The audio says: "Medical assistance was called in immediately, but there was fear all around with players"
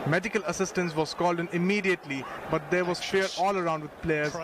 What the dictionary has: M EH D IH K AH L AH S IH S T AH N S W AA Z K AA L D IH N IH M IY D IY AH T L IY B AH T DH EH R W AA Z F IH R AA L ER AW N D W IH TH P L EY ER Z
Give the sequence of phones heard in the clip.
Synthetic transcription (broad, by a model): M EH D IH K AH L AH S IH S T AH N S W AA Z K AA L D IH N IH M IY D IY AH T L IY B AH T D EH R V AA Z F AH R AA L ER AW N D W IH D P L EY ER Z